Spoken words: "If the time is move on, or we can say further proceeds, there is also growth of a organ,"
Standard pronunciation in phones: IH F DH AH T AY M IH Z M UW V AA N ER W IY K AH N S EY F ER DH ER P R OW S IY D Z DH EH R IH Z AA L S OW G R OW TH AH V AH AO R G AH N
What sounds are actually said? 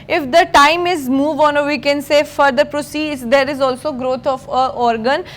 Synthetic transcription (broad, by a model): IH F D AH T AY M IH Z M UW V AA N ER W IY K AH N S EY F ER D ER P R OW S IY D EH R IH Z AA L S OW G R OW T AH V AH AO R G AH N